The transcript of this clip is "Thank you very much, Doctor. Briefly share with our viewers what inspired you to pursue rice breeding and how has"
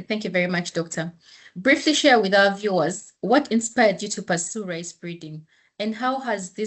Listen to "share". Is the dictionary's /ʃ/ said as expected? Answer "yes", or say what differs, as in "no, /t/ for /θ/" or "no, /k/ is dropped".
yes